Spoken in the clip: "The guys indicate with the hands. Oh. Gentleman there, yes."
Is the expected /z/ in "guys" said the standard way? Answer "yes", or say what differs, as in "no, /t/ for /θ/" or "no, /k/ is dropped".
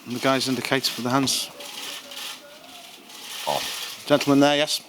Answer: yes